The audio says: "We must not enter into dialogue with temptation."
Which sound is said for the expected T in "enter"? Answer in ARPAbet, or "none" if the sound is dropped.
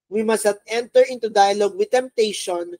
T